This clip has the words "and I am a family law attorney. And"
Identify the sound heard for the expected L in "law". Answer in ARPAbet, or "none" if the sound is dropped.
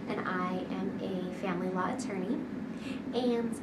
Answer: L